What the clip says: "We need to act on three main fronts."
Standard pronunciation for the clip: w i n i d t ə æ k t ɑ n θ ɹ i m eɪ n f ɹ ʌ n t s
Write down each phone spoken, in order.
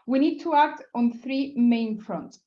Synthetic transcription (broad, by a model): w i n i d t ə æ k t ɑ n θ ɹ i m eɪ n f ɹ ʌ n t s